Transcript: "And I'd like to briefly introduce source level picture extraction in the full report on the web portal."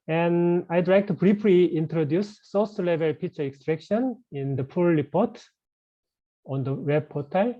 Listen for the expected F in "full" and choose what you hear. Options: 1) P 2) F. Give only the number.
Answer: 1